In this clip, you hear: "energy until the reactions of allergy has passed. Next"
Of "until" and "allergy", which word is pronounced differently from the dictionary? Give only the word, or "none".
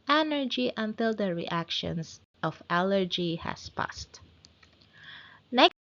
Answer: none